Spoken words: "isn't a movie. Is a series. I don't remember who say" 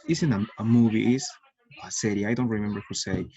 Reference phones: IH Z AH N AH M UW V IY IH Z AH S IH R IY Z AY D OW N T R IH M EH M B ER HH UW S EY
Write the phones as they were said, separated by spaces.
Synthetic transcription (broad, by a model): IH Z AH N AH M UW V IY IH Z AH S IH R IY AY D OW N T R IH M EH M B ER HH UW S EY